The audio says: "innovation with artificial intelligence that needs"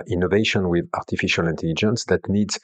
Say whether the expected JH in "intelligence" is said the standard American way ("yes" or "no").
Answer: yes